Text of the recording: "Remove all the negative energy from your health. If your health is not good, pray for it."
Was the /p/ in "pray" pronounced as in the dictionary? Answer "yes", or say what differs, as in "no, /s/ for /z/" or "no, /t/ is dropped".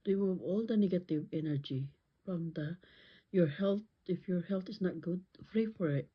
no, /f/ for /p/